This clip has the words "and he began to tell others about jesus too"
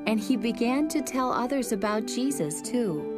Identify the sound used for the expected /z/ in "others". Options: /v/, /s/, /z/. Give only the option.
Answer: /z/